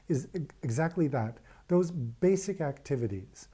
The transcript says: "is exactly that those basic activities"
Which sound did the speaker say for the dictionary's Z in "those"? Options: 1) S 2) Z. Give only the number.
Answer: 2